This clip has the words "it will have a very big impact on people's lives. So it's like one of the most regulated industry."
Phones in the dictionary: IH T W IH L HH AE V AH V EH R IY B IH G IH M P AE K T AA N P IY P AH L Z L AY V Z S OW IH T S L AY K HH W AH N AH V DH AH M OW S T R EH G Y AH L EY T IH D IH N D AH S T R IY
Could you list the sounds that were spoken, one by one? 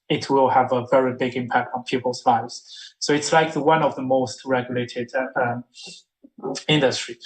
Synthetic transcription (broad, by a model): IH T W IH L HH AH V AH V EH R IY B IH G IH M P AE K T N P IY P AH L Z L AY V Z S OW IH T S L AY K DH W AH N AH V DH AH M OW S T R EH G Y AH L EY T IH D IH N D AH S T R IY